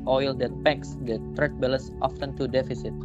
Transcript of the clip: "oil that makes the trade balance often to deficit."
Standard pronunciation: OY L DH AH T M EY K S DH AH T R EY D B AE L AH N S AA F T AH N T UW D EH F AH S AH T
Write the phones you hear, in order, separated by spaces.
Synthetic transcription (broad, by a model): OY L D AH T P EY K S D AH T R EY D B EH L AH S AA F T AH N T UW D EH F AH S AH T